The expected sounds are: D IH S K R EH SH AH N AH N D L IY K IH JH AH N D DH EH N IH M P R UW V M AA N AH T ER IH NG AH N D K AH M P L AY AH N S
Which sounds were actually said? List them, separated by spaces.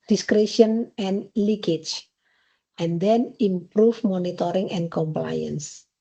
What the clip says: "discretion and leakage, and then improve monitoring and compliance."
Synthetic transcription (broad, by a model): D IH S K R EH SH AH N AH N L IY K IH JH AH N D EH N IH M P R UW F M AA N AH T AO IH NG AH N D K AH M P L AY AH N S